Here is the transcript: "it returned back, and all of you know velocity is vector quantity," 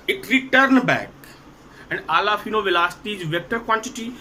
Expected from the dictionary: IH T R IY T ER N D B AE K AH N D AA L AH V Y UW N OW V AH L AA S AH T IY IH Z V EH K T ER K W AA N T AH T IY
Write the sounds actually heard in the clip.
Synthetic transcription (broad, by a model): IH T R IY T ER N B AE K AH N D AA L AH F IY N OW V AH L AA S T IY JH V EH K T ER K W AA N T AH T IY